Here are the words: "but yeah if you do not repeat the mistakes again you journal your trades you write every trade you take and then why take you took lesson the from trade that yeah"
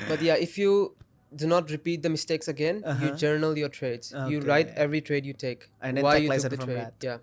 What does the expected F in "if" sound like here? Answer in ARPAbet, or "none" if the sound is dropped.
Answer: F